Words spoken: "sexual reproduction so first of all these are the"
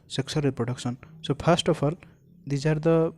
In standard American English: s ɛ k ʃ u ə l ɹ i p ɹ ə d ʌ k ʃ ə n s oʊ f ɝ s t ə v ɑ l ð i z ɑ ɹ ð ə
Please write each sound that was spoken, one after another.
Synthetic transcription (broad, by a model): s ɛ k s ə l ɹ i p ɹ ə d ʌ k s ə n s oʊ p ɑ s t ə p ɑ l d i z ɑ ɹ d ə